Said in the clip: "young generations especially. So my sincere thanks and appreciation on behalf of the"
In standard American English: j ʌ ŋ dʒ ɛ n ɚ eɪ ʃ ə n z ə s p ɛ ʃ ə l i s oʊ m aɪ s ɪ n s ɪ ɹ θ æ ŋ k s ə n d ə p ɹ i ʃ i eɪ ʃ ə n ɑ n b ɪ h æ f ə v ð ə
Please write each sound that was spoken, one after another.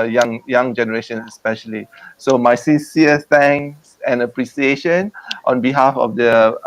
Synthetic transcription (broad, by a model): j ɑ ŋ dʒ ɛ n ɚ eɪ ʃ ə n ə s p ɛ ʃ ə l i s oʊ m aɪ s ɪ n s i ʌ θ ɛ ŋ s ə n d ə p ɹ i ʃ i eɪ ʃ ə n ɑ n b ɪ h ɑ f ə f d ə